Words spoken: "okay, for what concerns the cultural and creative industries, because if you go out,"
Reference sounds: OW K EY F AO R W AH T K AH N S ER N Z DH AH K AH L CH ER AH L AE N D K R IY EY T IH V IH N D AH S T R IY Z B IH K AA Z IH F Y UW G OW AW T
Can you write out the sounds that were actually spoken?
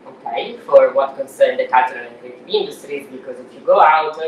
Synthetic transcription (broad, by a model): OW K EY F AO R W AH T K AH N S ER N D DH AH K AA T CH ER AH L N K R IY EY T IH IH N D AH S T R IY Z B IH K AA Z IH F Y UW G OW AW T